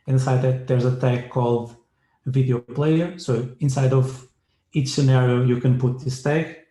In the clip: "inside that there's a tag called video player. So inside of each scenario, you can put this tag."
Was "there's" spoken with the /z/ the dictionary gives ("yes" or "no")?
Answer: yes